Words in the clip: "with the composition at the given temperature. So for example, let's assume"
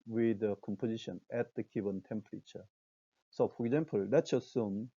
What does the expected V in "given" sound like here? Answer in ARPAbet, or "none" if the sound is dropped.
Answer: B